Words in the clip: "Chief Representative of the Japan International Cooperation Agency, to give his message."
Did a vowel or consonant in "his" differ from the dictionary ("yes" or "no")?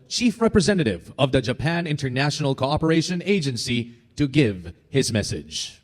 no